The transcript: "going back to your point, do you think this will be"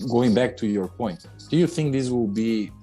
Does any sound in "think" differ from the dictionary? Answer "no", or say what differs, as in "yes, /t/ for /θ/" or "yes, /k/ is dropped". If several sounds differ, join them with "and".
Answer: no